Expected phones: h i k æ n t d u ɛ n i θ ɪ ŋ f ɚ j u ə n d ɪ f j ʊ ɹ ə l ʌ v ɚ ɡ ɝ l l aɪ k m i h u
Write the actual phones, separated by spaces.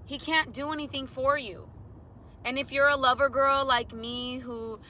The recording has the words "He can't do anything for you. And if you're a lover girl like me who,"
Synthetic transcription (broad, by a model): h i k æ n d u ɛ n i θ ɪ ŋ f ɚ j u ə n ɪ f j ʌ ɹ ə l ʌ v ɚ ɡ ɝ l l aɪ k m i h u